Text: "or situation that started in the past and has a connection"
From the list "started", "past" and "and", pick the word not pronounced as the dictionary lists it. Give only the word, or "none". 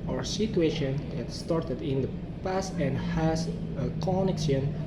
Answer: none